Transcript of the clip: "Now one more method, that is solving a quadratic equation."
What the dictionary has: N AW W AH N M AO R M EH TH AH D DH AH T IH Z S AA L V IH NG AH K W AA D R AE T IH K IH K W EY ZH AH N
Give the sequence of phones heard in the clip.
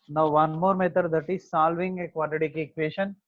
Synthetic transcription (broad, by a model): N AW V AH N M AO R M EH T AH D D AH T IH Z S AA L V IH NG AH K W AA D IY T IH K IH K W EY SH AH N